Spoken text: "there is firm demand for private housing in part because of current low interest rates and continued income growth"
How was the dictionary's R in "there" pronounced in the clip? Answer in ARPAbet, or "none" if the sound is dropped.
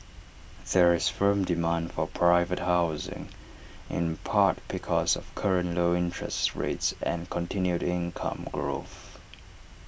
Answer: R